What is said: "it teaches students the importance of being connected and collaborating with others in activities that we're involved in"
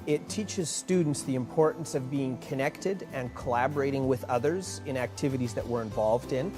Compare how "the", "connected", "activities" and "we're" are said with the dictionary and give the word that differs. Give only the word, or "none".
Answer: none